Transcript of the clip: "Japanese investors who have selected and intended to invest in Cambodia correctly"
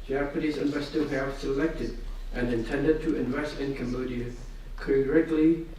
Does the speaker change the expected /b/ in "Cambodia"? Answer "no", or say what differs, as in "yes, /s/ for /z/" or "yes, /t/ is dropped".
yes, /b/ is dropped